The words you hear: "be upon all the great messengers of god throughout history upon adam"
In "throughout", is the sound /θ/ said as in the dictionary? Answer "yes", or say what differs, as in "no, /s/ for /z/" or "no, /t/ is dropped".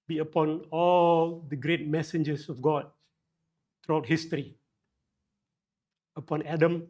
no, /t/ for /θ/